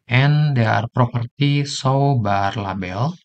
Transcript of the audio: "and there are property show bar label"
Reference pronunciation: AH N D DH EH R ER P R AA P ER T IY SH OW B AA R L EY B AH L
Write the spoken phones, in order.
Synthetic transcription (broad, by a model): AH N D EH R P R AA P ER T IY S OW B AA R L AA B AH L